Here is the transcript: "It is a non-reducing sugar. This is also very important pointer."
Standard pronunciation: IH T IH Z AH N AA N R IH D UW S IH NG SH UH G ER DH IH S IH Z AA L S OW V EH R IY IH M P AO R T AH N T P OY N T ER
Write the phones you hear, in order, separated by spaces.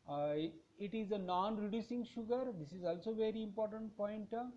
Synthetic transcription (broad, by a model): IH T IH Z AH N AA N R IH D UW S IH NG SH UH G ER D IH S IH Z AA L S OW V EH R IY IH M P AO R T AH N T P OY N T